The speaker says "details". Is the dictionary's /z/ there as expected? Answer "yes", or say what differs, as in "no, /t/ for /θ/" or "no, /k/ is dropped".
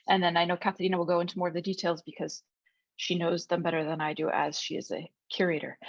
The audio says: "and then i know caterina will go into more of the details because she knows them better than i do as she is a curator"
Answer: yes